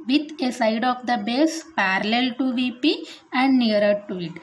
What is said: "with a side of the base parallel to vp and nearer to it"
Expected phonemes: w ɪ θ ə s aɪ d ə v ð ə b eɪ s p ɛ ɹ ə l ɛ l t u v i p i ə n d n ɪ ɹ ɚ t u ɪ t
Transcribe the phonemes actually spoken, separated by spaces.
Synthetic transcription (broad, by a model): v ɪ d ə s aɪ d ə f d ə b eɪ s p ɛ ɹ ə l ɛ l t u v i p i ə n d n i ɹ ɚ t u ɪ t